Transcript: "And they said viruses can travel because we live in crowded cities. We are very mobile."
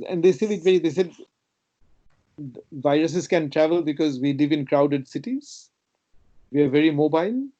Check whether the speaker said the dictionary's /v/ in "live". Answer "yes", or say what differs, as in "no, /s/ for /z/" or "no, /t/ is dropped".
yes